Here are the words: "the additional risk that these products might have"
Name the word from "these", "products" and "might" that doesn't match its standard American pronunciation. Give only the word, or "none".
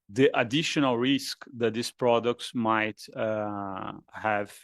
these